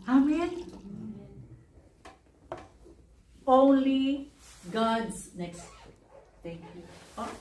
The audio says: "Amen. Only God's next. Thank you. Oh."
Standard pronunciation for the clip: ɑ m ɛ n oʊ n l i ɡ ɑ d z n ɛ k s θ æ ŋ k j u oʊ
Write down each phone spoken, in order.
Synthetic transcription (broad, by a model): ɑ m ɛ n oʊ n l i ɡ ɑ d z n ɛ k s t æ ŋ k j u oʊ